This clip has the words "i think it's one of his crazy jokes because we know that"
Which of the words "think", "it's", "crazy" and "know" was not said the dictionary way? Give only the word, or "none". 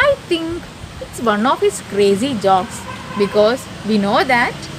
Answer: think